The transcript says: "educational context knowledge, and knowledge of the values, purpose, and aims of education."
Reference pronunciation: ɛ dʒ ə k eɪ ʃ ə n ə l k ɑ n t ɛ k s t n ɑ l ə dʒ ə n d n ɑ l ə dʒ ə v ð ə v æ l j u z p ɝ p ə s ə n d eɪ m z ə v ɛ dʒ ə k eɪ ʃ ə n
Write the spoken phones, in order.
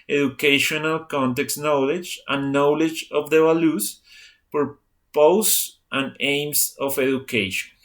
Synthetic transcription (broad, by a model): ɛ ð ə k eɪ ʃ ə n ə l k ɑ n t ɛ k s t n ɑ l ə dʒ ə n n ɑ l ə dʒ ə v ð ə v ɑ l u s p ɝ p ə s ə n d eɪ m s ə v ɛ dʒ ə k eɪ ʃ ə n